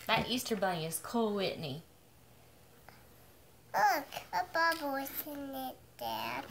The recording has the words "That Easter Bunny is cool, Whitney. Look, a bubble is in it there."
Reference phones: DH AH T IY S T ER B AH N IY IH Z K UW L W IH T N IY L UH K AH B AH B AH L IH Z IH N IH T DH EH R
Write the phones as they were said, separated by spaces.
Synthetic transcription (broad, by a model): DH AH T IY S T ER B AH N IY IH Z K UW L W IH T N IY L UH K AH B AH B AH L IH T IH N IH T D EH